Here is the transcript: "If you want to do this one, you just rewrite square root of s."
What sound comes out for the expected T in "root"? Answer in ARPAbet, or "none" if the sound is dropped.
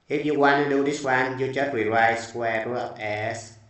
none